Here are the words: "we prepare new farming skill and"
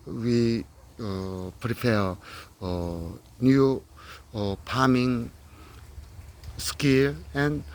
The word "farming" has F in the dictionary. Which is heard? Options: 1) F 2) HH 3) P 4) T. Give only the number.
3